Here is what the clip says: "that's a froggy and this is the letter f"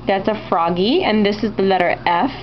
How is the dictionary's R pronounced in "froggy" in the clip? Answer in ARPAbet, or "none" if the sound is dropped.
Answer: R